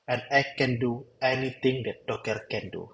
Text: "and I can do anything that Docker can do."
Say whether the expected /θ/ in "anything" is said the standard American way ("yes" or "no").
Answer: no